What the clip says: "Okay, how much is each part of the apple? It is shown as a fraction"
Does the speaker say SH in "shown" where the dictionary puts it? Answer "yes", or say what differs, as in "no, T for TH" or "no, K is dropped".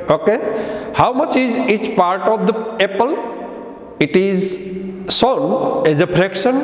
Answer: no, S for SH